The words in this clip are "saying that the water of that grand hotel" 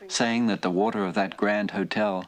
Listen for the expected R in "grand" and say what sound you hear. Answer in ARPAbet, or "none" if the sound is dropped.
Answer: R